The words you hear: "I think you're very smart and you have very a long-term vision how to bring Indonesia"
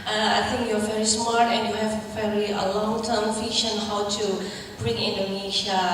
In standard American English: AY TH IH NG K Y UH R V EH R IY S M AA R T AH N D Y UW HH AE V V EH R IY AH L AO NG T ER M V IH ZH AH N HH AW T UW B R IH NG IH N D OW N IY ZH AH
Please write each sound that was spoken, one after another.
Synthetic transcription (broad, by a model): AY T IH NG K Y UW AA V EH R IY S M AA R T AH N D Y UW HH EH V V EH R IY AH L AO NG T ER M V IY SH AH N HH AW T UW B R IH NG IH N D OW N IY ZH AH